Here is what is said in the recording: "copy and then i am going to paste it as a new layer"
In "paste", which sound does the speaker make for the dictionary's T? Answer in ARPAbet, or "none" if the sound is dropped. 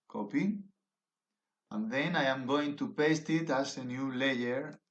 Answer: T